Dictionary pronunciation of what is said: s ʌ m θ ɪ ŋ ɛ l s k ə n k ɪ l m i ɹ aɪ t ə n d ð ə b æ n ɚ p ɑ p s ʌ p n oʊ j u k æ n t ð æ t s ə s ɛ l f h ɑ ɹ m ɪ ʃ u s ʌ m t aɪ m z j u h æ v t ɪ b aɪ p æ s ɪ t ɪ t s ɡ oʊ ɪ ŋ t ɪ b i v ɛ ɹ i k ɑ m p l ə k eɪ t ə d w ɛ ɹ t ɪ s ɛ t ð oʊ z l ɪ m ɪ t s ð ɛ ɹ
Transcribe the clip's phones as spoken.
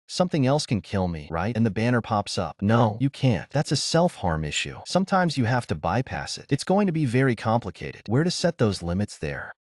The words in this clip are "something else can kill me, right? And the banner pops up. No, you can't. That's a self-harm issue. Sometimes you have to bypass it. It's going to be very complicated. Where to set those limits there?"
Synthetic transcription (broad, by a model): s ʌ m θ ɪ ŋ ɛ l s k ə n k ɪ l m i ɹ aɪ t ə n ð ə b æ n ɚ p ɑ p s ʌ p n oʊ j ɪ k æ n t ð æ t s ə s ɛ l f h ɑ ɹ m ɪ ʃ u s ʌ m t aɪ m z j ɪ h æ f t ɪ b aɪ p æ s ɪ t ɪ t s ɡ oʊ ɪ ŋ t ɪ b i v ɛ ɹ i k ɑ m p l ə k eɪ t ə d w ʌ ɹ t ɪ s ɛ t ð oʊ z l ɪ m ɪ t s ð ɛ ɹ